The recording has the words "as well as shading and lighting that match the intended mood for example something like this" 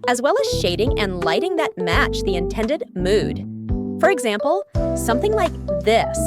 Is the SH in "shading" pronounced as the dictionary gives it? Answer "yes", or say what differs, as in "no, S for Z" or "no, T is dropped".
yes